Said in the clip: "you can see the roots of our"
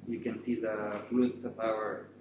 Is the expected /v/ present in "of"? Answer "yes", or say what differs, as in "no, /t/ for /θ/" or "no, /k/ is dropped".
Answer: no, /p/ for /v/